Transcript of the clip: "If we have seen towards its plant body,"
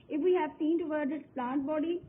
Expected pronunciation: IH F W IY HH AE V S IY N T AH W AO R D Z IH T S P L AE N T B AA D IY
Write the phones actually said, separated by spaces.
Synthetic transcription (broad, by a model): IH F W IY HH AE V S IY N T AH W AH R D IH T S P L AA N T B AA D IY